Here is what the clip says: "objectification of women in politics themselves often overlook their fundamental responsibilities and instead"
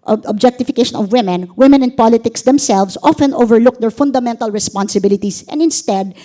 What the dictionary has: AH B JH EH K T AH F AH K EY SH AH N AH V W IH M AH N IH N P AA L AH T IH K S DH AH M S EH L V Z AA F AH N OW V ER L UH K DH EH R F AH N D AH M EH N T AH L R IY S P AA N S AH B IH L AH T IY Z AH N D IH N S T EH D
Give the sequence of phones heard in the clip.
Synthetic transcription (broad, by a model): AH B JH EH K T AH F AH K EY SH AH N AH V W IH M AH N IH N P AA L AH T IH K S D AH M S EH L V S AA F AH N OW V ER L UH K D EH R F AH N D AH M EH N T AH L R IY S P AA N S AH B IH L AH T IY S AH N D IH N S T EH D